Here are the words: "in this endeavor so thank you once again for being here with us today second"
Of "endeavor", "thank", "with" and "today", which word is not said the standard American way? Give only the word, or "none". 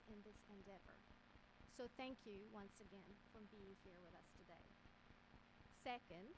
none